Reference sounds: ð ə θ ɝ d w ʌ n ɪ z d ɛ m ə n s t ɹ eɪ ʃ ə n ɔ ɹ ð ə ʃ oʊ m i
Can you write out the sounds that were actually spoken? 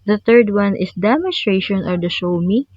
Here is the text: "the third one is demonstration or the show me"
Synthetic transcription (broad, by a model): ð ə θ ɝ d w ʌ n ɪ s d ɛ m ə n s t ɹ eɪ ʃ ə n ɔ ɹ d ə ʃ oʊ m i